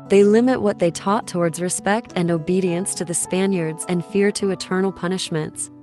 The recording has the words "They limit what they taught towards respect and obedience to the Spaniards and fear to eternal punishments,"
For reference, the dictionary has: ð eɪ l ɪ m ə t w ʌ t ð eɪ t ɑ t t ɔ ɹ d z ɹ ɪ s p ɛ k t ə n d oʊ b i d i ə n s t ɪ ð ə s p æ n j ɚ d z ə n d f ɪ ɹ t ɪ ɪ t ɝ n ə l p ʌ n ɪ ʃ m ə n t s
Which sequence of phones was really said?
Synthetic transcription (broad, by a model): ð eɪ l ɪ m ə t w ʌ t ð eɪ t ɑ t t ɔ ɹ d z ɹ ɪ s p ɛ k t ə n oʊ b i d i ə n s t ɪ ð ə s p æ n j ɚ d z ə n f ɪ ɹ t ɪ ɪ t ɝ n l p ʌ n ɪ ʃ m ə n t s